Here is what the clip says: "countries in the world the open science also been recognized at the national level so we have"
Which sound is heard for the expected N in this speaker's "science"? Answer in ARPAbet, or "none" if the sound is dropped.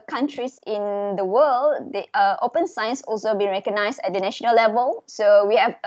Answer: N